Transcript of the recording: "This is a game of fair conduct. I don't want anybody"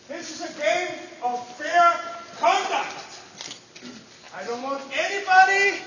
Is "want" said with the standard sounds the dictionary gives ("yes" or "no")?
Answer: yes